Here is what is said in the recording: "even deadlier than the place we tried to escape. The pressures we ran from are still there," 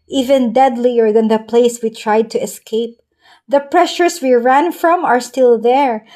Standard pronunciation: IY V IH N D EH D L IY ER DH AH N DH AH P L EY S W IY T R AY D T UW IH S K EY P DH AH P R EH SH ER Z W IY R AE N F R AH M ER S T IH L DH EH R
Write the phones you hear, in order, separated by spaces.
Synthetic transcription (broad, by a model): IY V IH N D EH D L IY ER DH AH N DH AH P L EY S W IY T R AY D T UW IH S K EY P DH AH P R EH SH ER S W IY R AE N F R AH M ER S T IH L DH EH R